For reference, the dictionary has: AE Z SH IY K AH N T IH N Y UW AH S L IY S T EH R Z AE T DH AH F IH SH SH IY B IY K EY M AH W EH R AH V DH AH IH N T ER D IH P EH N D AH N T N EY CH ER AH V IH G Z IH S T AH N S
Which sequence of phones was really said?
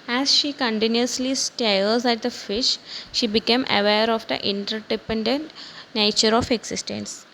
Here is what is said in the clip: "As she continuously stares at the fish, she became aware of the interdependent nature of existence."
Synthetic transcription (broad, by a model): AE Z SH IY K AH N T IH N Y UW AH S L IY S T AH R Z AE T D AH F IH SH SH IY B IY K EY M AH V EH R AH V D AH IH N T ER D IH P EH N D AH N T N EY CH ER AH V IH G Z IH S T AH N S